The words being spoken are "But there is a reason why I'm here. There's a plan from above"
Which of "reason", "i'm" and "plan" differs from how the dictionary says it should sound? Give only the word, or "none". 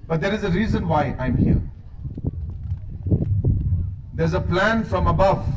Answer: none